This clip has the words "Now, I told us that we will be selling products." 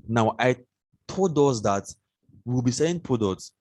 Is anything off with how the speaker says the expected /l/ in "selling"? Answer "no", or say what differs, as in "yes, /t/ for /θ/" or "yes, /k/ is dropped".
yes, /l/ is dropped